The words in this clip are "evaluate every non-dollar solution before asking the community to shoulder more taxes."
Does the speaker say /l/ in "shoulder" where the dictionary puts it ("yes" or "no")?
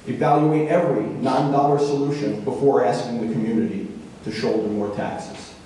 yes